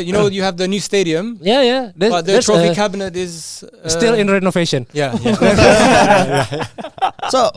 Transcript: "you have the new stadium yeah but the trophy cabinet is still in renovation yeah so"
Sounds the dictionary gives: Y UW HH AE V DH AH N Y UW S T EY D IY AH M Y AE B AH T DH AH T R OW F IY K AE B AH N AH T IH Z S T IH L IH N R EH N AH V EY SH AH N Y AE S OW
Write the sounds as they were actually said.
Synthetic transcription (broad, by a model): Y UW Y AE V DH AH N Y UW S T EY D IY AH M Y AE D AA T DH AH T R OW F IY K AE B AH N AH T IH Z S T IH L IH N R EH N AH V EY SH AH N Y AE S OW